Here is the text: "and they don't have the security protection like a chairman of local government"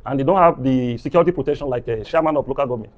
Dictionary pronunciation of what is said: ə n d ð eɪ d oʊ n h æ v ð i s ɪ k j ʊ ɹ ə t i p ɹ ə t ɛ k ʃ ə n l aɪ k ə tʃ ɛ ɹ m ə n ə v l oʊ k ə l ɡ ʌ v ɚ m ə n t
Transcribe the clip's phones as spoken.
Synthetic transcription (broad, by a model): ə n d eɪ d oʊ n h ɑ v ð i s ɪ k j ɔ ɹ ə t i p ɹ ə t ɛ k ʃ ə n l aɪ k ə ʃ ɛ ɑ m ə n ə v l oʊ k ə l ɡ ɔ v m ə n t